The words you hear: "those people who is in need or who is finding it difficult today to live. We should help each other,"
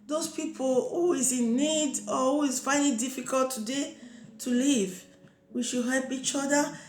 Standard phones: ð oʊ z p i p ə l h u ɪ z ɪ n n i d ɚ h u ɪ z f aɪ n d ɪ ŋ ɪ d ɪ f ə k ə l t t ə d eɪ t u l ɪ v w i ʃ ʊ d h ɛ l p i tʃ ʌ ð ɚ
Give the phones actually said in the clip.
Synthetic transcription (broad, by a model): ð oʊ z p i p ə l h u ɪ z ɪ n n i d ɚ h u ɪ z f aɪ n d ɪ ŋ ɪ d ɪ f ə k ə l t t ə d eɪ t u l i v w i ʃ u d h ɛ l p i tʃ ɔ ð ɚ